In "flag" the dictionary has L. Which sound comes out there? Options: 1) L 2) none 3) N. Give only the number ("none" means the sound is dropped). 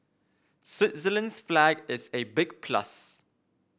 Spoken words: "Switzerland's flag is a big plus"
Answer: 1